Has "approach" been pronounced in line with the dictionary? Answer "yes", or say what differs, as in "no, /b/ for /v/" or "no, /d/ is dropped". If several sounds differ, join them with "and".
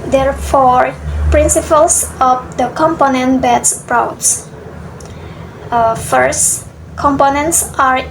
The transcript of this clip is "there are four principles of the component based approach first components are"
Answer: no, /s/ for /tʃ/